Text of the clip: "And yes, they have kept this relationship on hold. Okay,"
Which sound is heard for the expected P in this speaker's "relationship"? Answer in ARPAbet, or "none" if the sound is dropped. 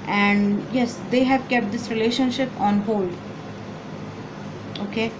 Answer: P